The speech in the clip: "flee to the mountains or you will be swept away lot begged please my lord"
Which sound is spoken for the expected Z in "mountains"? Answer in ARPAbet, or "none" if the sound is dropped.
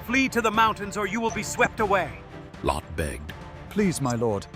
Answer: Z